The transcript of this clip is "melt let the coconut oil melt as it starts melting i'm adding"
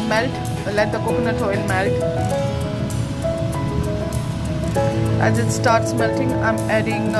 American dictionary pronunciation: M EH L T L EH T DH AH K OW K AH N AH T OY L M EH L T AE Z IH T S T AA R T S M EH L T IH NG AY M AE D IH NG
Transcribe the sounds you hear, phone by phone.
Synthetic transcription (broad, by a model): M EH L T L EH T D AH K OW K AH N AH T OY N M EH L T AE Z IH T S T AA R T S M EH L T IH NG AY M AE D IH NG